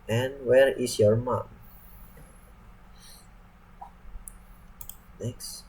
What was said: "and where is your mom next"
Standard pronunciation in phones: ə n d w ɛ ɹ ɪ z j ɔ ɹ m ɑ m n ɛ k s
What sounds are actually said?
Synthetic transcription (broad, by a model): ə n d w ɛ ɹ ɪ s j ɔ ɹ m ɑ m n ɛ k s